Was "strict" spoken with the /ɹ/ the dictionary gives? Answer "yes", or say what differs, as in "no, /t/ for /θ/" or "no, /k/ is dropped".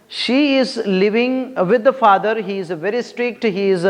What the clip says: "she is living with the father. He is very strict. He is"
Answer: yes